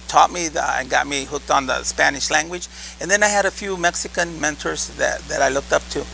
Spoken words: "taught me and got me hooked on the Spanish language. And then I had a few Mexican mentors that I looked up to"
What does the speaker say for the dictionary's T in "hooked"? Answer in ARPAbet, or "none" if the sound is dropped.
T